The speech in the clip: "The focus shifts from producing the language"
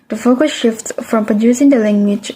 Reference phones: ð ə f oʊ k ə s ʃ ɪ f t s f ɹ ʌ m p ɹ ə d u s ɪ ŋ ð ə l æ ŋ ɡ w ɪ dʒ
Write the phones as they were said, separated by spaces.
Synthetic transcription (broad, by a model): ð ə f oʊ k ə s ʃ ɪ f t s f ɹ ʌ m p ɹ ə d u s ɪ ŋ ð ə l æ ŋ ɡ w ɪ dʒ